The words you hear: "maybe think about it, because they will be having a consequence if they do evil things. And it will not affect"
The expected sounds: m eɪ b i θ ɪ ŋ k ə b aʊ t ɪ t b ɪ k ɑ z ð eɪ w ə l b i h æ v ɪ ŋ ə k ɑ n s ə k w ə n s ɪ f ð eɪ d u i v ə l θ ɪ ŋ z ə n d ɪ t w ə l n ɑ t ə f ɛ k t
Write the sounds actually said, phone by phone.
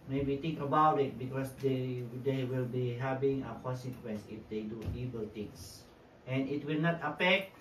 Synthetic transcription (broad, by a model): m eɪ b i t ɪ ŋ k ə b aʊ t ɪ t b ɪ k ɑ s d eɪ w ə l b i h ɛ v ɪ ŋ ə k ɑ n s ə k w ə n s ɪ f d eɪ d u i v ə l t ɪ ŋ s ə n ɪ t w ə l n ɑ t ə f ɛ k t